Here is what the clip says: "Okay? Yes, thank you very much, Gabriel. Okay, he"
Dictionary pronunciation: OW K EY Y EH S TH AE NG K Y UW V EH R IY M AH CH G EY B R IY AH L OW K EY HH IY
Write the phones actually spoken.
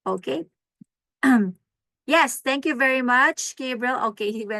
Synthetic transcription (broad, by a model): OW K EY Y EH S T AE NG K Y UW V EH R IY M AH CH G EY B R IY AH L OW K EY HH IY